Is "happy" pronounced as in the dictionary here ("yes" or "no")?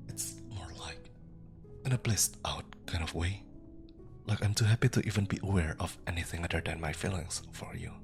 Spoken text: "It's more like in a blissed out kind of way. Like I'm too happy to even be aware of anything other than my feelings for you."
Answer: yes